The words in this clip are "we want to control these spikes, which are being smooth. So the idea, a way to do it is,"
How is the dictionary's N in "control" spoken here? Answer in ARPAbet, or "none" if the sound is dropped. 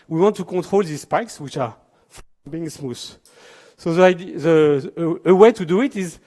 none